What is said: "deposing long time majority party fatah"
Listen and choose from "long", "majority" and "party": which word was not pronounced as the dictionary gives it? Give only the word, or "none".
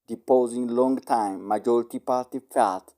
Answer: none